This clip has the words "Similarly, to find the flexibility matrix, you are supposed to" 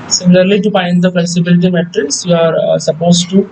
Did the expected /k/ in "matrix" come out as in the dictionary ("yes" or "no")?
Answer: no